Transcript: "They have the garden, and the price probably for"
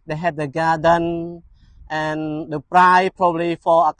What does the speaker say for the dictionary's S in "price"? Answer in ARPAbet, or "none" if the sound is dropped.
none